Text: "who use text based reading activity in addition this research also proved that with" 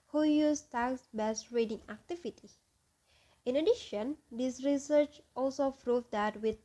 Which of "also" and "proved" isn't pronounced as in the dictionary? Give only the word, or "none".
proved